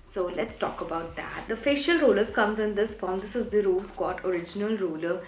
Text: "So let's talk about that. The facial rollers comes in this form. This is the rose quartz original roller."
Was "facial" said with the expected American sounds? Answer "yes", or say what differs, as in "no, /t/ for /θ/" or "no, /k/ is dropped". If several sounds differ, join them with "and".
yes